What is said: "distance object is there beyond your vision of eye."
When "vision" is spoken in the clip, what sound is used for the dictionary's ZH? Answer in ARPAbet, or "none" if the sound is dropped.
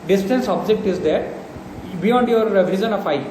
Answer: Z